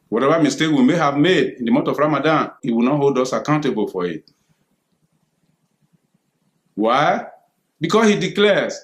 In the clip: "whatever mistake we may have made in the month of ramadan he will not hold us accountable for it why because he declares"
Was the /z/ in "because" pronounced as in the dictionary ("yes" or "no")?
no